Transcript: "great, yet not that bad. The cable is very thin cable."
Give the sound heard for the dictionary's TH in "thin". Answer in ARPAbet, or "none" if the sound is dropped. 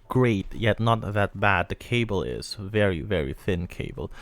TH